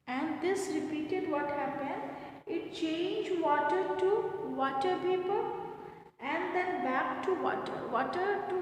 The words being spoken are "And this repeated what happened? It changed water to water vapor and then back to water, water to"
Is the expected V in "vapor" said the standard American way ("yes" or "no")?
no